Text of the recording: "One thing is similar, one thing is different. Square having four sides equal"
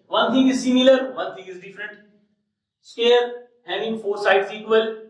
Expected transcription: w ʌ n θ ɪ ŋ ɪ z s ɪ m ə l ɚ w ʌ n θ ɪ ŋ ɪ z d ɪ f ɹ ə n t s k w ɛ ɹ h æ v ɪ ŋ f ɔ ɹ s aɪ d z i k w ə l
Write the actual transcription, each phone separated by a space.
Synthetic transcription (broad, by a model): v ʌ n t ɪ ŋ ɪ z s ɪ m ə l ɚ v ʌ n t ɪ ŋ ɪ z d ɪ f ɹ ə n t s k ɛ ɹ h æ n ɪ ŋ f ɔ ɹ s aɪ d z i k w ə l